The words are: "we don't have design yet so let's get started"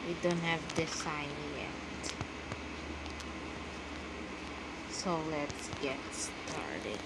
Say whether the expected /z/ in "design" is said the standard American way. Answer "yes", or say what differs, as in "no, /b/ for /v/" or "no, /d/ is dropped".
no, /s/ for /z/